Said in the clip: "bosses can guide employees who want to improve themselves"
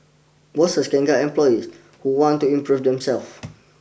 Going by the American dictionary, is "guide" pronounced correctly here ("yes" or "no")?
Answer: no